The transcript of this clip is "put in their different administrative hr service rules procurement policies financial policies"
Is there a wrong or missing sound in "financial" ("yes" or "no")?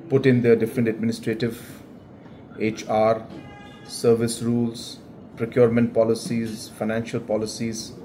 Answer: no